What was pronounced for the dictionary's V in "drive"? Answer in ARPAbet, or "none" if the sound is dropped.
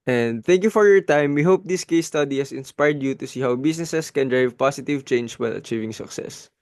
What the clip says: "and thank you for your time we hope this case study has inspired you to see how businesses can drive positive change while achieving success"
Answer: V